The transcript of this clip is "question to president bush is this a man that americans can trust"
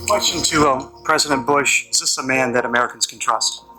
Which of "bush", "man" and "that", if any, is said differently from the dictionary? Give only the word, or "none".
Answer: none